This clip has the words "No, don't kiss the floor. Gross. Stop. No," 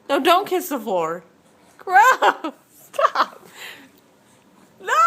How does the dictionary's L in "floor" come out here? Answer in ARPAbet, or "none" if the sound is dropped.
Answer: none